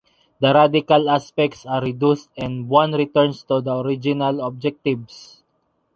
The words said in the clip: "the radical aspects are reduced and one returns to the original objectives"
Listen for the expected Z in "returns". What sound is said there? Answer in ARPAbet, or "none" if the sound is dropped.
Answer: S